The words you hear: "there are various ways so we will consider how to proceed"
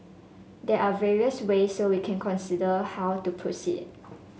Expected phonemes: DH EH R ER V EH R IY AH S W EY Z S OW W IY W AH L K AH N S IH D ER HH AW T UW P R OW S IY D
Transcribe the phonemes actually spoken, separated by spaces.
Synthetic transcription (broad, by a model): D EH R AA V EH R IY AH S W EY S OW W IY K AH N K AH N S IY D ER HH AW T UW P R OW S IY D